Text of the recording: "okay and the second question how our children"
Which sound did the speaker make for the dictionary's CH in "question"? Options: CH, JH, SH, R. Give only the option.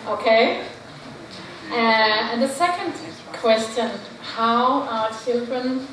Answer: CH